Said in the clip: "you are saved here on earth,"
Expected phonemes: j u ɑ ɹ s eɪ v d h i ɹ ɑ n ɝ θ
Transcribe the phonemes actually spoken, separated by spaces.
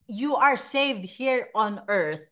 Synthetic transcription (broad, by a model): j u ɑ ɹ s eɪ v d h i ɹ ɑ n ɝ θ